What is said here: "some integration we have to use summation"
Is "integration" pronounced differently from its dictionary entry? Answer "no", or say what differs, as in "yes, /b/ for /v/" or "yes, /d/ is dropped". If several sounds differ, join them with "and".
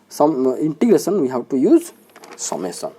yes, /s/ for /ʃ/